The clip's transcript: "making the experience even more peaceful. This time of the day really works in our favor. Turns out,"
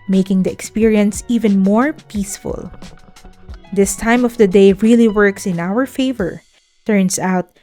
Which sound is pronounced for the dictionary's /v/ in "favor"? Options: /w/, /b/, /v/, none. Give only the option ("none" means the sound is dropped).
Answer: /v/